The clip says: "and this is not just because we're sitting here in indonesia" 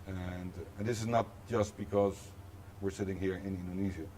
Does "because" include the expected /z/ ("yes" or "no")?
yes